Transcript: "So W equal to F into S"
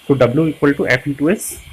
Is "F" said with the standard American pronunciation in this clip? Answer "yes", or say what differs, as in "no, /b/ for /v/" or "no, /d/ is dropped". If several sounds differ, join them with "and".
no, /p/ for /f/